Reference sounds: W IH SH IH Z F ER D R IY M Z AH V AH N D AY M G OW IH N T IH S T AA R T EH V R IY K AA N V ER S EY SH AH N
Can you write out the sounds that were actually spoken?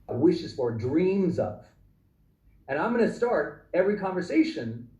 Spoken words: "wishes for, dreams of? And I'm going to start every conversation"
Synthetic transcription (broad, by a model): W IH SH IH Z F ER D R IY M Z AH V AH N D AY M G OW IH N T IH S T AA R T EH V R IY K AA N V ER S EY SH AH N